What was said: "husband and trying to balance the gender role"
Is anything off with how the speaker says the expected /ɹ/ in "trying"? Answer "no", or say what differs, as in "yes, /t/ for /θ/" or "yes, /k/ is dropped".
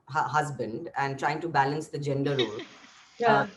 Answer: no